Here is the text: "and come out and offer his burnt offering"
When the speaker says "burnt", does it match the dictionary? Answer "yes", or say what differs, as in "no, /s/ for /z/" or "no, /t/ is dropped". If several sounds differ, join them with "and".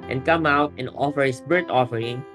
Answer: no, /n/ is dropped